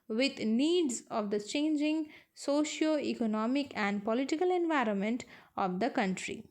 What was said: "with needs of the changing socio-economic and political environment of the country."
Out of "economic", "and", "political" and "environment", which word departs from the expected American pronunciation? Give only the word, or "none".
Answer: none